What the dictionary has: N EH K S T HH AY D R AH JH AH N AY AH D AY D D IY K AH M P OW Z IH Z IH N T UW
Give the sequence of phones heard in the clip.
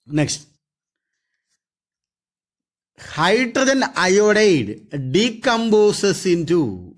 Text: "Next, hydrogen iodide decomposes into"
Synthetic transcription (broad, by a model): N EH K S T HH AY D R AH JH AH N AY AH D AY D D IY K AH M B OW S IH S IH N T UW